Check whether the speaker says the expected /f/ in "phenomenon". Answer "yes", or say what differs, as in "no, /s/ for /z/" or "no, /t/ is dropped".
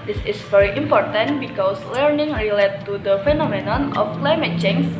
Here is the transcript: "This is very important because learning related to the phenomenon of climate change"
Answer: yes